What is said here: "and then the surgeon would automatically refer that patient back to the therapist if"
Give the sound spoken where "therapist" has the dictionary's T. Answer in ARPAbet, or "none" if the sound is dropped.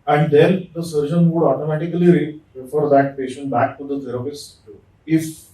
none